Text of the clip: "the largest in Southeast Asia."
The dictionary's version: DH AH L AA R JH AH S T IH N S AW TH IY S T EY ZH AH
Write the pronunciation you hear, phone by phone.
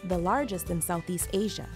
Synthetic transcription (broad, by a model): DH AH L AA R JH AH S T IH N S AW TH IY S T EY ZH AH